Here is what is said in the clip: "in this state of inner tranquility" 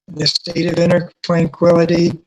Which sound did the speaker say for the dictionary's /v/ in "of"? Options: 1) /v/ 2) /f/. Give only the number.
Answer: 1